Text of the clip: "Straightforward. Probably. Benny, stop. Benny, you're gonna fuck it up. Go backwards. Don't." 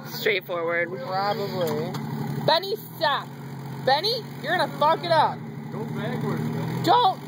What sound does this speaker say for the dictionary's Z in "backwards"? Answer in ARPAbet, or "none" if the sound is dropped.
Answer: none